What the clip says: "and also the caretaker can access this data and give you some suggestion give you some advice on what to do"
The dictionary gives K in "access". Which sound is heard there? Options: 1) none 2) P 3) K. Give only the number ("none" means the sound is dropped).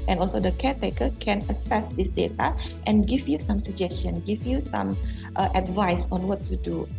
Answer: 1